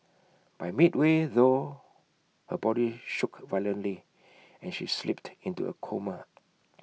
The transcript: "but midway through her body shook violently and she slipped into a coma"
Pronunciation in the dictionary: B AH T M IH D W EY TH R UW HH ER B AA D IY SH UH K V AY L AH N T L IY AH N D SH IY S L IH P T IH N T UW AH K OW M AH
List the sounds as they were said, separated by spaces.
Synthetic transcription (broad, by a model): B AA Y M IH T W EY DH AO HH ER B AA D IY SH UH K V AY L AH N T L IY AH N SH IY S L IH P T IH N T UW AH K OW M AH